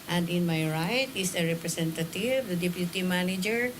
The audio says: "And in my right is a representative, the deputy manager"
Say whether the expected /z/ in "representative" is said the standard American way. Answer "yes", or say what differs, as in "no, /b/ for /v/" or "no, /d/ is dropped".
no, /s/ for /z/